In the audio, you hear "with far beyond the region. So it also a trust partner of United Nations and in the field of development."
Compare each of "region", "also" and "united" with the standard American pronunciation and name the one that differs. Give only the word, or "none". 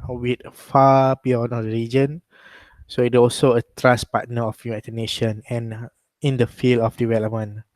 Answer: united